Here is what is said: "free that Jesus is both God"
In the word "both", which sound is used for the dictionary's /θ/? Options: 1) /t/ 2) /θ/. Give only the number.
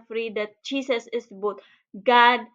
1